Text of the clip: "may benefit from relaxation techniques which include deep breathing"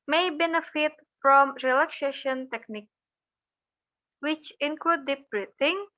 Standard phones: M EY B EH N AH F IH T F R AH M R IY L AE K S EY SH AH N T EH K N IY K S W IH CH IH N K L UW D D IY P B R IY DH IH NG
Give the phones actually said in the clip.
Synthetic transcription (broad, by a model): M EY B EH N AH F IH T F R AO M R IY L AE K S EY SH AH N T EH K N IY K W IH CH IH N K L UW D D IY P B R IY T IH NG